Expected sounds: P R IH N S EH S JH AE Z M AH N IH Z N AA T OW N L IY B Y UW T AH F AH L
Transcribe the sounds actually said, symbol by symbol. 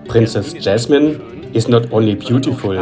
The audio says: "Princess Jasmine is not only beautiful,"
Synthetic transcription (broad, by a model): P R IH N S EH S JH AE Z M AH N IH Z N AA T OW N L IY B Y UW T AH F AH L